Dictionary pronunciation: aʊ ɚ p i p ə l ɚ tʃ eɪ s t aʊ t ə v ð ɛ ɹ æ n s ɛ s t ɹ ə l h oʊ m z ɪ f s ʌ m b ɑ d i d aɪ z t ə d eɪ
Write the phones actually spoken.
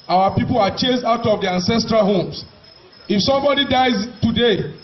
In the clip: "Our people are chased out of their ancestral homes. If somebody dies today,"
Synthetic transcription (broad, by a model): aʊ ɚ p i p ə l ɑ tʃ eɪ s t aʊ t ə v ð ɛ æ n s ɛ s t ɹ ə l h oʊ m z ɪ f s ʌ m b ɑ d i d aɪ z t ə d eɪ